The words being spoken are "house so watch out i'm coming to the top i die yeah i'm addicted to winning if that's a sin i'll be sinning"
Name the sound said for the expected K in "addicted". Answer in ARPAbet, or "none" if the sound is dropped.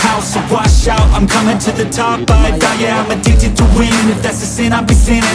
none